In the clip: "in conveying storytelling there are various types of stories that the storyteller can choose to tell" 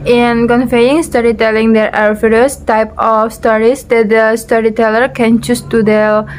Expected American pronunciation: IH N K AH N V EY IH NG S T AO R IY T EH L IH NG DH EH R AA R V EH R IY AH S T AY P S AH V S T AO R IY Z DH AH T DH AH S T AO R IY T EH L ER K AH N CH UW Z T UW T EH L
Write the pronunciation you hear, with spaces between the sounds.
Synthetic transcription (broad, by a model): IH N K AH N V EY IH NG S T AO R IY T EH L IH NG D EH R AA R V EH R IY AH S T AY P AH F S T AO R IY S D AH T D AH S T AO R IY T EH L ER K AH N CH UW S T UW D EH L